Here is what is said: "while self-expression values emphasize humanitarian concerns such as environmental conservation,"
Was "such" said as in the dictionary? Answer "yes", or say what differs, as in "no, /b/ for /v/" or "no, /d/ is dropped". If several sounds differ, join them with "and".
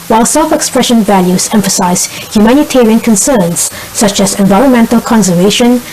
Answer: yes